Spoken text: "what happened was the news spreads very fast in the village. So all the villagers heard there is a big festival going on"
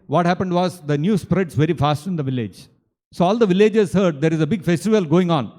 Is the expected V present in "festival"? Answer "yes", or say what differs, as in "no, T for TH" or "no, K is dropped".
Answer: yes